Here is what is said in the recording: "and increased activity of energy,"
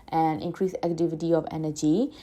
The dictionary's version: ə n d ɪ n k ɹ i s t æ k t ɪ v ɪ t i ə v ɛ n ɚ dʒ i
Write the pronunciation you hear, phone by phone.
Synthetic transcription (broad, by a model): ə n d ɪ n k ɹ i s æ k t ɪ v ɪ t i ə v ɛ n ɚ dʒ i